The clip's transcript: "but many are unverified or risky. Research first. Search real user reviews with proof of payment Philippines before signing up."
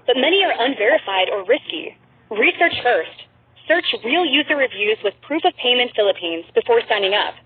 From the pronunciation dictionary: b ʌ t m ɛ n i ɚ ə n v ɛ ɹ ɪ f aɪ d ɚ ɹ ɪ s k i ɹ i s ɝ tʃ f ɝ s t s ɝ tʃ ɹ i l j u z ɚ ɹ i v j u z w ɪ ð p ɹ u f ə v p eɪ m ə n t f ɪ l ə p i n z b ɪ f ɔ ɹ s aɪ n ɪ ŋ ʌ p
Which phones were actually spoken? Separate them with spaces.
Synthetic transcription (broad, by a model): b ʌ t m ɛ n i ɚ ə n v ɛ ɹ ɪ f aɪ d ɚ ɹ ɪ s k i ɹ i s ɝ tʃ f ɝ s t s ɝ tʃ ɹ i l j u z ɚ ɹ i v j u z w ɪ ð p ɹ u f ə v p eɪ m ə n t f ɪ l ə p i n z b ɪ f ɔ ɹ s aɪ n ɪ ŋ ʌ p